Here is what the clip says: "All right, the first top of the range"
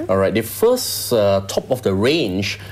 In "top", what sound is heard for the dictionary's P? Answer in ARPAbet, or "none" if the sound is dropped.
P